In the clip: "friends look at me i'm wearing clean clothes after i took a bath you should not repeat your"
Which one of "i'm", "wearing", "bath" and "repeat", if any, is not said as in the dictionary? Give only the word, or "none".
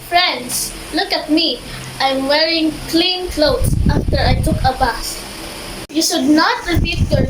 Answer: bath